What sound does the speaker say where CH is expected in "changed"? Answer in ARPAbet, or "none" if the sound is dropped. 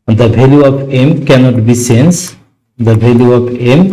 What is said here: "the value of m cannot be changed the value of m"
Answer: S